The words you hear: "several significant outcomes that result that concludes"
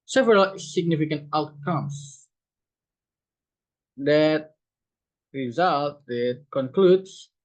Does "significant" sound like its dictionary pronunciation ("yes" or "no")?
yes